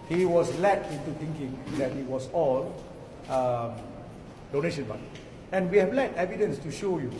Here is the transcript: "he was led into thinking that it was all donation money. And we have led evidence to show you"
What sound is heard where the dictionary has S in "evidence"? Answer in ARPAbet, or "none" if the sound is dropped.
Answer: S